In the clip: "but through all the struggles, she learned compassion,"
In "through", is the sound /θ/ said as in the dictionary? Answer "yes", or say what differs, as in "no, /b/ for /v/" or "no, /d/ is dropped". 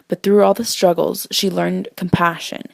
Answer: yes